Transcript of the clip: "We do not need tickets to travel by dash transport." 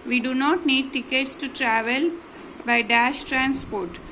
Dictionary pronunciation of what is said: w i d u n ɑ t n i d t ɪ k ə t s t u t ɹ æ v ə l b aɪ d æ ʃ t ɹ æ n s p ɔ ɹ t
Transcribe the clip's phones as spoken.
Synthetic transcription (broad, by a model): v i d u n ɑ t n i d t ɪ k ə t s t u t ɹ æ v ə l b aɪ d æ ʃ t ɹ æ n s p ɔ ɹ t